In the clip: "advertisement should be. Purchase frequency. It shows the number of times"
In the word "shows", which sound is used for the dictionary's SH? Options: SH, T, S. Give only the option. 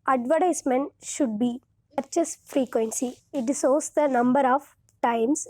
S